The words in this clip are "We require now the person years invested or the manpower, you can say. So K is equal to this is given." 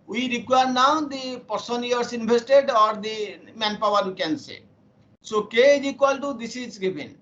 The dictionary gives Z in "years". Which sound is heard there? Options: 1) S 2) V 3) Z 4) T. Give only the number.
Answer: 1